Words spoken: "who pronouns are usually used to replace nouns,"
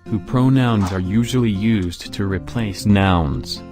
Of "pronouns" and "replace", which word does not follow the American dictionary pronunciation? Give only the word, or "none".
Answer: none